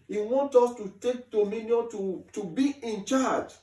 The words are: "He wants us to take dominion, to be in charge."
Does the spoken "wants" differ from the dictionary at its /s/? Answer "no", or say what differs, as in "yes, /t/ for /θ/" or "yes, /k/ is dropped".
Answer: yes, /s/ is dropped